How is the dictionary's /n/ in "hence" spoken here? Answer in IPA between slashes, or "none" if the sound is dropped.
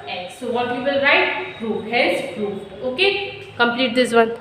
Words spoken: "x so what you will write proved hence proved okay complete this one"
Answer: /l/